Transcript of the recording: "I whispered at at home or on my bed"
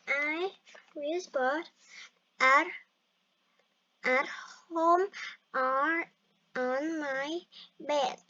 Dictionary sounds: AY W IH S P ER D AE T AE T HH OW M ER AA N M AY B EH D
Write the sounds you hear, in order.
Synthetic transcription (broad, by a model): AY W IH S B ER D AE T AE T HH OW M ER AA N M AY B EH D